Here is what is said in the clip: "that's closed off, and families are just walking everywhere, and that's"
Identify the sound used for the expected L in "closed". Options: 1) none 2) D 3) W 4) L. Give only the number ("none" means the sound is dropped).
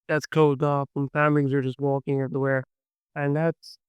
1